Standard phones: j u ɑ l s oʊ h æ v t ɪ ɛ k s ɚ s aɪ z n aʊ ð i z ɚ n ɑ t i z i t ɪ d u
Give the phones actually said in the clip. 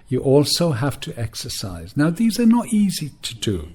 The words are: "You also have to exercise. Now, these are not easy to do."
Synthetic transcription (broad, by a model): j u ɑ l s oʊ h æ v t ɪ ɛ k s ɚ s aɪ z n aʊ ð i z ɚ n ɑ t i z i t ɪ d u